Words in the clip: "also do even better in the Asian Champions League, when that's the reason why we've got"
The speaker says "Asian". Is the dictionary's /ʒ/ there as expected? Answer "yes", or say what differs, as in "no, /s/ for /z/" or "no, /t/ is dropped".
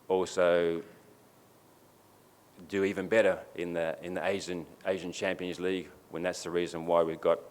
yes